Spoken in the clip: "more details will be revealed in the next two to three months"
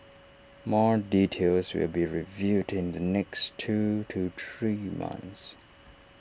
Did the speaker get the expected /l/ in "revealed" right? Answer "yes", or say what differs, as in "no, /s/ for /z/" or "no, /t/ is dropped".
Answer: no, /l/ is dropped